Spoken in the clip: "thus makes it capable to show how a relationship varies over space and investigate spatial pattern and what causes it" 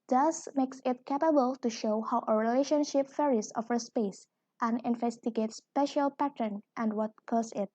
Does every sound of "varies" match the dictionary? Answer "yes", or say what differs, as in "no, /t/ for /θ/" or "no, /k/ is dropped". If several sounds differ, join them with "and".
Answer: no, /f/ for /v/